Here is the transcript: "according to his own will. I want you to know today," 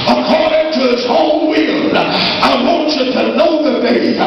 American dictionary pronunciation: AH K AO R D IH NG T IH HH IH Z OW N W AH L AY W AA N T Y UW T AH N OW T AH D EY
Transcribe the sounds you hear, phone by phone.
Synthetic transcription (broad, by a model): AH K AO R D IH NG T IH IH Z OW L W AH L AY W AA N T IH T AH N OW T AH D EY